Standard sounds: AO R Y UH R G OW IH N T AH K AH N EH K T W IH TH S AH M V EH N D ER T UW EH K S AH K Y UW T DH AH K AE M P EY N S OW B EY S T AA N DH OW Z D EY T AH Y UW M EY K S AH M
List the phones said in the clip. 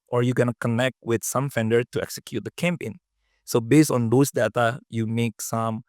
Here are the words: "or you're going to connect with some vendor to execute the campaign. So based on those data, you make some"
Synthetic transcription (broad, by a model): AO R Y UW G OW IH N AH K AH N EH K T W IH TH S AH M F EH N D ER T UW EH K S AH K Y UW T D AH K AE M P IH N S OW B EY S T AA N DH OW S D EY T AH Y UW M EY K S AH M